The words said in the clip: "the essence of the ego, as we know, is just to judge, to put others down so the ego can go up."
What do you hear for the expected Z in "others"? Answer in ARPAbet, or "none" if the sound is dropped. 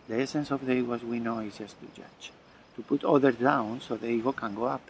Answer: none